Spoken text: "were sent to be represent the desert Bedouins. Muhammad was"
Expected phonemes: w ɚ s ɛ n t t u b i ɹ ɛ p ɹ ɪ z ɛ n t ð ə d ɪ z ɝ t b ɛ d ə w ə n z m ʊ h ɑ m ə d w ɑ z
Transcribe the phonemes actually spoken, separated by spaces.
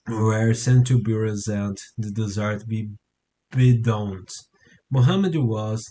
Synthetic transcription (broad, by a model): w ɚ s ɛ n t t u b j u ɹ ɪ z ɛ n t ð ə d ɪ z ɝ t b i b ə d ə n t m ʊ h ɑ m ə d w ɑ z